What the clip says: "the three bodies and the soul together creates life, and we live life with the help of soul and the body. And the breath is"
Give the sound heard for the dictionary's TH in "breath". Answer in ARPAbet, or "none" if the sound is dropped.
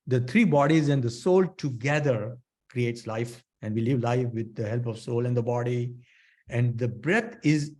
T